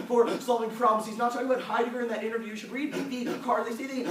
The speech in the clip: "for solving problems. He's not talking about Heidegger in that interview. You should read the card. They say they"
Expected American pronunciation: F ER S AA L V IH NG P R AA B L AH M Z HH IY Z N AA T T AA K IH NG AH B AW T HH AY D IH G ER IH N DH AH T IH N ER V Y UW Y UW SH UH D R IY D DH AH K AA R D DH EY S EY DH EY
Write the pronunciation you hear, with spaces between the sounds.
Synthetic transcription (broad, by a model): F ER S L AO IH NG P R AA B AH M S HH IY Z N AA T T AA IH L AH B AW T HH AY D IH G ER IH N DH AH T IH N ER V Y Y UW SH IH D R IY D DH AH K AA R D DH EY S EY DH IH